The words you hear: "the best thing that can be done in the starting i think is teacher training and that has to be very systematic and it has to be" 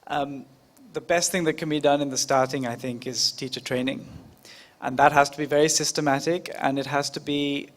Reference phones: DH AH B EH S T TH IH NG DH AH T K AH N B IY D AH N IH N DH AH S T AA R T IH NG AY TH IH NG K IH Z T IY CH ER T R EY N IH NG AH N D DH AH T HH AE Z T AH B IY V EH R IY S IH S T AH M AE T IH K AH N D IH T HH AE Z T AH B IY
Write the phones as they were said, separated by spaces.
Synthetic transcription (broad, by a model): DH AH B EH S T TH IH NG DH AH T K AH N B IY D AH N IH N DH AH S T AA R T IH NG AY TH IH NG K IH Z T IY CH ER T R EY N IH NG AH N DH AH T HH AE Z T AH B IY V EH R IY S IH S T AH M AE T IH K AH N IH T HH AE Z T AH B IY